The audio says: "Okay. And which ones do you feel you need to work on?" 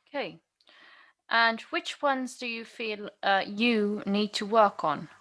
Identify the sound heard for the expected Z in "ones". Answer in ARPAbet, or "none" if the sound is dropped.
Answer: Z